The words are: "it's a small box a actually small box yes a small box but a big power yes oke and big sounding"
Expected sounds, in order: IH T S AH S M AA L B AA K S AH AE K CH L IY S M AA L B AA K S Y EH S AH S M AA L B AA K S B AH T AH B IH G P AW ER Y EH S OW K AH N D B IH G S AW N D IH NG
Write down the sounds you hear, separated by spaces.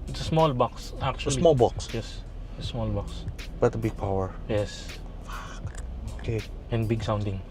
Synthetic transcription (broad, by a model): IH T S AH S M AA L B AA K S AH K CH IY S M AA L B AA K S Y EH S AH S M AA L B AA K S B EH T AH B IH G P AW ER Y EH S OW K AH N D B IH G S AW N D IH NG